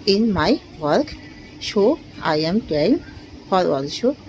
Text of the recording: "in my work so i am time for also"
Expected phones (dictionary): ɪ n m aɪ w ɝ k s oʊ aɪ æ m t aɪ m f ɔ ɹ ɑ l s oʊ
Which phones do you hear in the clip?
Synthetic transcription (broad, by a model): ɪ n m aɪ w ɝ k ʃ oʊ aɪ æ m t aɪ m f ɔ ɹ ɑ l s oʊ